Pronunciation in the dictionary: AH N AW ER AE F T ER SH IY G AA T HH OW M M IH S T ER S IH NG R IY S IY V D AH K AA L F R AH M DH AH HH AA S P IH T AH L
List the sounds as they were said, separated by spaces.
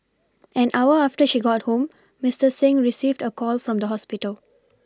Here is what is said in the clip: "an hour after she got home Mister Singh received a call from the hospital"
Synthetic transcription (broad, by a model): AH N AW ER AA F T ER SH IY G AA T HH OW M M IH S T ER S IH NG R IY S IY V D AH K AA L F R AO M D AH HH AA S P IH T AH L